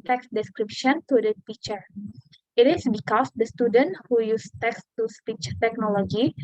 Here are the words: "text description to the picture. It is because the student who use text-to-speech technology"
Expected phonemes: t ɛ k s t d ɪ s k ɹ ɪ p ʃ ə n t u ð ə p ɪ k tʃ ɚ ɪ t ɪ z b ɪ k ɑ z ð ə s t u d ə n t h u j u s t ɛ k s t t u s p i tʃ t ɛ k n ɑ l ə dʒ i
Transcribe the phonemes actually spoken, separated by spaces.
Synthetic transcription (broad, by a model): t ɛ k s d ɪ s k ɹ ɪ p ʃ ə n t u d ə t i tʃ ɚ ɪ t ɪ s b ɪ k ɑ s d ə s t u d ə n t h u j u s t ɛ k s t t u s p i tʃ t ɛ k n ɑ l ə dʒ i